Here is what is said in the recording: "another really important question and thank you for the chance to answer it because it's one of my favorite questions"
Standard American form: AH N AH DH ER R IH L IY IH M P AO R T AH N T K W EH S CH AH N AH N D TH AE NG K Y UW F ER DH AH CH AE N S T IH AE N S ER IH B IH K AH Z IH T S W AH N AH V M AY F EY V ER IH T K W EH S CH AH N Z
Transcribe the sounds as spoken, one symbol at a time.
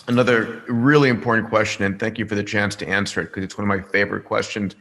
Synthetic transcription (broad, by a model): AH N AH DH ER R IH L IY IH M P AO R T N K W EH S CH AH N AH N TH AE NG K Y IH F ER DH AH CH AE N S T IH AE N S ER IH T K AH Z IH T S W AH N AH V M AY F EY V ER IH T K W EH S CH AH N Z